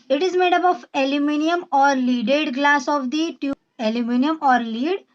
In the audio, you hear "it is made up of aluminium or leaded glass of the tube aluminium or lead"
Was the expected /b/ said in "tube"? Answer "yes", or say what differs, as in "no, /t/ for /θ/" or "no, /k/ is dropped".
no, /b/ is dropped